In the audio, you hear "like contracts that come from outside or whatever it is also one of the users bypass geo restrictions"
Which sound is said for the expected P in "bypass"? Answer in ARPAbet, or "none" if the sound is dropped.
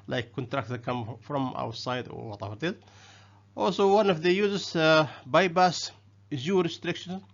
B